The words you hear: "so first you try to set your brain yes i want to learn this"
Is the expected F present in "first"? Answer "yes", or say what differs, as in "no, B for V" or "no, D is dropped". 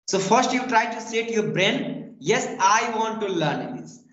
yes